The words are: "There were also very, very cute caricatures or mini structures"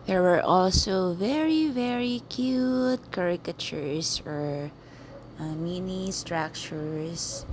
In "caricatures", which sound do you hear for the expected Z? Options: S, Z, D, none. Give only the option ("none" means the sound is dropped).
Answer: S